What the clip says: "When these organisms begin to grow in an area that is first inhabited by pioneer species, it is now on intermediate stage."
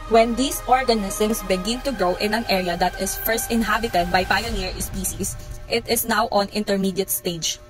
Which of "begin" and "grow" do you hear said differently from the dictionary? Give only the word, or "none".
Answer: grow